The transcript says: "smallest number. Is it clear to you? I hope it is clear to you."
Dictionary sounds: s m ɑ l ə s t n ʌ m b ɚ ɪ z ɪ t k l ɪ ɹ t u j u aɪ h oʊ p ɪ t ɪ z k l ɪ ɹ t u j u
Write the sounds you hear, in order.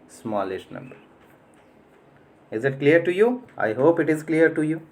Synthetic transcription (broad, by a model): s m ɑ l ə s t n ʌ m b ɚ ɪ z ɪ t k l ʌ ɹ t u j u aɪ h oʊ p ɪ t ɪ z k l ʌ ɹ t u j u